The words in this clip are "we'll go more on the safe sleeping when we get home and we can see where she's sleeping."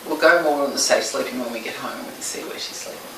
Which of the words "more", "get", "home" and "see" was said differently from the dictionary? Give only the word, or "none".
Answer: home